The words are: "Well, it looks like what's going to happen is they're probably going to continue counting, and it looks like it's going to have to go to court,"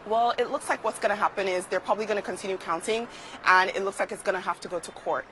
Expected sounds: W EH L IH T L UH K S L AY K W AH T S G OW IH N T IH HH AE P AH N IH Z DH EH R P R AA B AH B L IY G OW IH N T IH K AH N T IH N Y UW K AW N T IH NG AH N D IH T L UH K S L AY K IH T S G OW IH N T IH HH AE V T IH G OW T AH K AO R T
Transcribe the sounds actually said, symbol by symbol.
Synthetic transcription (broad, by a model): W EH L IH T L UH K S L AY K W AH T S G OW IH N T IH HH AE P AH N IH Z DH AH R P R AA B AH B L IY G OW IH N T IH K AH N T IH N Y UW K AW N T IH NG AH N IH T L UH K S L AY K IH T S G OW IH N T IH HH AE F T IH G OW T AH K AO R T